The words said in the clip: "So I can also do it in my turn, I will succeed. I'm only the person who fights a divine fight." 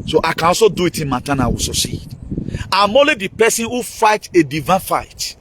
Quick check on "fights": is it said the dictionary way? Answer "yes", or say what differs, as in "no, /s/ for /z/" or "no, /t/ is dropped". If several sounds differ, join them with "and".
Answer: no, /s/ is dropped